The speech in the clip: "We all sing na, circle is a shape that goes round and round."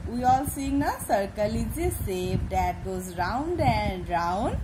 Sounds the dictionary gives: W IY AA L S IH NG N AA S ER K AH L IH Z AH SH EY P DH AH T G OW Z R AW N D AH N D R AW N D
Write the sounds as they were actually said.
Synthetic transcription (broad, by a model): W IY AA L S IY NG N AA S ER K AH L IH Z AH S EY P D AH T G OW Z R AW N D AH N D R AW N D